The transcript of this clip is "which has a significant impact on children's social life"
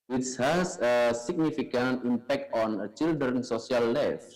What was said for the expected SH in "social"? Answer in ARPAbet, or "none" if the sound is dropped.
S